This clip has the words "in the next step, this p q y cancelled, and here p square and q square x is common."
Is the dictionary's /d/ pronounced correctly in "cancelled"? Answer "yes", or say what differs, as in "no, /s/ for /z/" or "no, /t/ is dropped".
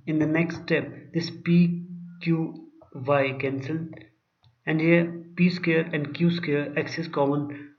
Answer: no, /d/ is dropped